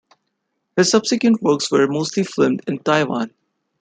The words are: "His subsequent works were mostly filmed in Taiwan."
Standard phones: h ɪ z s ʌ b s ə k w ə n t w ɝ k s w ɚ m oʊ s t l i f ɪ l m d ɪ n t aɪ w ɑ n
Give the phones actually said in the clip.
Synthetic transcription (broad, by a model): h ɪ z s ʌ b s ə k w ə n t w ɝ k s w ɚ m oʊ s t l i f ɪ m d ɪ n t aɪ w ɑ n